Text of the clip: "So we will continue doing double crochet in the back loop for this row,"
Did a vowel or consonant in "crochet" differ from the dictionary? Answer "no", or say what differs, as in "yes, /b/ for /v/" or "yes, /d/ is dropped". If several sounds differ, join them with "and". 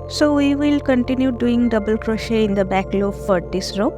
no